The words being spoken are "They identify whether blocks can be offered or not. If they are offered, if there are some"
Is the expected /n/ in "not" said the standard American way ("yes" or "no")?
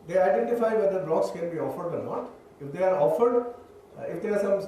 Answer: no